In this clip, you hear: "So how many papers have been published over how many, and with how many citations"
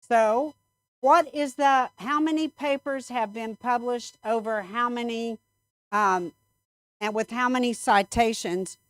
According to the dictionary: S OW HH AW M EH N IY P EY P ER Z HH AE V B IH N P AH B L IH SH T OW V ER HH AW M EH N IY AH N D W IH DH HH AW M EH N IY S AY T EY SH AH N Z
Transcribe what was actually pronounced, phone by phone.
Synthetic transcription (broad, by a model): S OW HH AW M EH N IY P EY P ER Z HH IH V B IH N P AH B L IH SH T OW V ER HH AW M EH N IY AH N W IH DH HH AW M EH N IY S AY T EY SH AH N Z